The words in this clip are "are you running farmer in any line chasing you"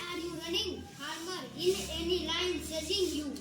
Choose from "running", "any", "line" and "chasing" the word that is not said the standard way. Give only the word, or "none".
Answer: chasing